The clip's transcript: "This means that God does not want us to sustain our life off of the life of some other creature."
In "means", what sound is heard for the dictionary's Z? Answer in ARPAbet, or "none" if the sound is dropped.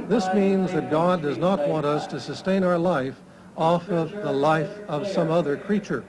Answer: Z